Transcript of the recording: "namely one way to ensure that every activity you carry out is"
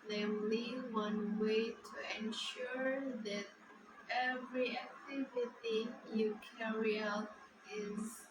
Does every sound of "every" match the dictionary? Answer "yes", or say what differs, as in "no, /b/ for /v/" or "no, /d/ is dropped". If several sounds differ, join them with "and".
yes